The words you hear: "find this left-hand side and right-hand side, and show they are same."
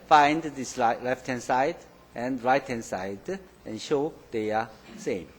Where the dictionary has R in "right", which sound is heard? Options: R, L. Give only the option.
R